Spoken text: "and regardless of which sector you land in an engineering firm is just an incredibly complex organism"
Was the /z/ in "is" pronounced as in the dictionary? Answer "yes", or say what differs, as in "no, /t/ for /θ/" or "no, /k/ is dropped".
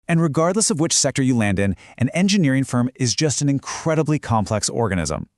yes